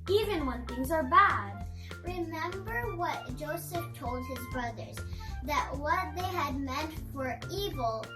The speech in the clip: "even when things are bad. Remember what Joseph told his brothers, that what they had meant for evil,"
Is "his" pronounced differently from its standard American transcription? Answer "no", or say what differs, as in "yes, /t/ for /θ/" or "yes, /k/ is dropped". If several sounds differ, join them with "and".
no